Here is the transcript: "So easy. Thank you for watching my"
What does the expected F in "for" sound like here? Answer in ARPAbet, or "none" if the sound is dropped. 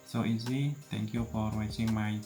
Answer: P